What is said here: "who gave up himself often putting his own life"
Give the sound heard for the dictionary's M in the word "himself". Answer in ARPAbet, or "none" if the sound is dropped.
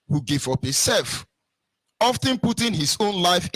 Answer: none